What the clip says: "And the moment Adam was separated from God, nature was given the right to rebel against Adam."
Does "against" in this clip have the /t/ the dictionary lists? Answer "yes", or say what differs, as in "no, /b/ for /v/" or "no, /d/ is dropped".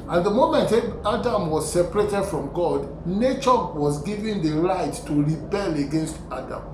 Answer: yes